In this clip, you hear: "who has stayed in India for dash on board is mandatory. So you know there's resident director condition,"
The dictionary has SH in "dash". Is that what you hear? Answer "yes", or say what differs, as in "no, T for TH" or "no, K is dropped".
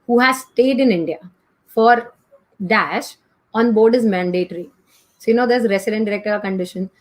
yes